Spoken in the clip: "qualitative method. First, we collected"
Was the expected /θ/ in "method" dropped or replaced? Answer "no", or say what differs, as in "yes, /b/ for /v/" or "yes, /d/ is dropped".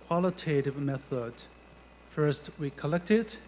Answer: no